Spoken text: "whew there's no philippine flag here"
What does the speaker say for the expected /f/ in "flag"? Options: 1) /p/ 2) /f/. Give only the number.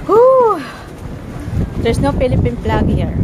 1